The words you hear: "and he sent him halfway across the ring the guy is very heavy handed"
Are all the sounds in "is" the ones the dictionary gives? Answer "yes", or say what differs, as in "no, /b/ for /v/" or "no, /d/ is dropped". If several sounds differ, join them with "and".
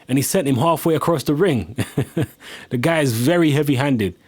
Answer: yes